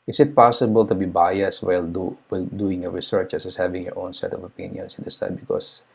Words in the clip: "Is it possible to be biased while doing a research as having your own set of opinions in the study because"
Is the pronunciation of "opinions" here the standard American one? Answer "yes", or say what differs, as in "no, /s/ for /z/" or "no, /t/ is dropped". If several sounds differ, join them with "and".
no, /s/ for /z/